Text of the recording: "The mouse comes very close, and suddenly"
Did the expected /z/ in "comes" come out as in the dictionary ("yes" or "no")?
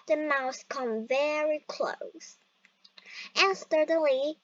no